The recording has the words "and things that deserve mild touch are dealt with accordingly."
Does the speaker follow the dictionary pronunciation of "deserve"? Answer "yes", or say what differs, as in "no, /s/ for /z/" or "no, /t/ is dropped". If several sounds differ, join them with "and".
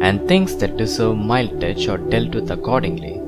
no, /s/ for /z/